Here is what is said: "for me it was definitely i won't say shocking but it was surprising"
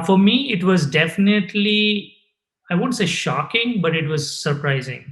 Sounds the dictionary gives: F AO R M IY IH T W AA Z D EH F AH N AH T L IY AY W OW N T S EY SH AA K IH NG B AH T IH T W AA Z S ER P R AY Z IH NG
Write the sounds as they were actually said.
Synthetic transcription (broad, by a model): F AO R M IY IH T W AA Z D EH F AH N AH T L IY AY OW N T S EY SH AA K IH NG B AH T IH T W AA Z S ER P R AY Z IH NG